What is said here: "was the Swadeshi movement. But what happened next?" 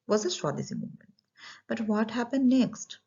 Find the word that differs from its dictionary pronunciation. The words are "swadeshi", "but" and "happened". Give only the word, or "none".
swadeshi